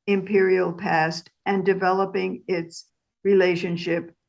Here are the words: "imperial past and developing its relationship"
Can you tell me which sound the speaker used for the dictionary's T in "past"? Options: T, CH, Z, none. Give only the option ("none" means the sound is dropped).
T